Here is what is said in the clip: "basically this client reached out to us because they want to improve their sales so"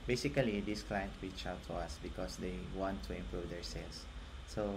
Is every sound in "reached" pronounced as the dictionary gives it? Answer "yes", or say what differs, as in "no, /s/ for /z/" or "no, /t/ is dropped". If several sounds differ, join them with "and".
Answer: no, /t/ is dropped